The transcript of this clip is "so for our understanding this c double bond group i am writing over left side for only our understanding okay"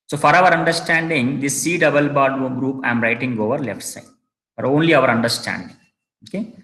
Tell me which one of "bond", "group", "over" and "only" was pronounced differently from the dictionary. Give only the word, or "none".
bond